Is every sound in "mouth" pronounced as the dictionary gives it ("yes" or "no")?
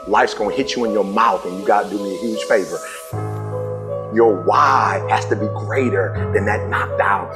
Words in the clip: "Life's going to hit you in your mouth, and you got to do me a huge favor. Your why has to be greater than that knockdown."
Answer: yes